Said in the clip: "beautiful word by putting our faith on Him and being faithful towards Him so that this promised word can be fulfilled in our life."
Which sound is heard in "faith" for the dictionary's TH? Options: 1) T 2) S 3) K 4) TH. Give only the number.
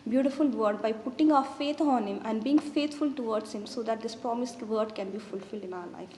1